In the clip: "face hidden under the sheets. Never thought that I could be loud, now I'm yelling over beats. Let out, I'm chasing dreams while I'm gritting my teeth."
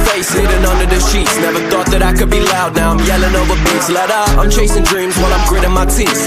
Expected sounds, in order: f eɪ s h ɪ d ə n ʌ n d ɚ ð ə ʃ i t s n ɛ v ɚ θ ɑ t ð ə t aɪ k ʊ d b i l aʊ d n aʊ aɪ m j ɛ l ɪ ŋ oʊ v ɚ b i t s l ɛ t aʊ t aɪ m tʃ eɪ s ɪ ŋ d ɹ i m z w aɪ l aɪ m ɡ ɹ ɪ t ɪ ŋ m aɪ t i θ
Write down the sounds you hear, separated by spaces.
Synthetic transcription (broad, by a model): f eɪ s h ɪ d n ʌ n d ɚ ð ə ʃ i t s n ɛ v ɚ θ ɑ t ð ə t aɪ k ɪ d b i l aʊ d n aʊ aɪ m j ɛ l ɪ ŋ oʊ v ɚ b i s l ɛ t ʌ aɪ m tʃ eɪ s ɪ ŋ d ɹ i m z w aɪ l aɪ m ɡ ɹ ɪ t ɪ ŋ m aɪ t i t